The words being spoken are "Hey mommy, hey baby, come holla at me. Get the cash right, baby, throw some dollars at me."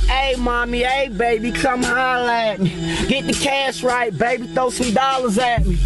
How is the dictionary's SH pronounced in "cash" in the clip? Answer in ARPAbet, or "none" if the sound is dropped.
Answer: S